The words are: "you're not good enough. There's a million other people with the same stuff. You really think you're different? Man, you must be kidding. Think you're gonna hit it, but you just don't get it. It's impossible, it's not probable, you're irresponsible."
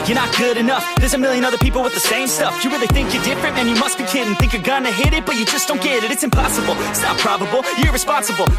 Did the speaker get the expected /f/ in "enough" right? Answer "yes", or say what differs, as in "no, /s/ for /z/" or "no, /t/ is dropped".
yes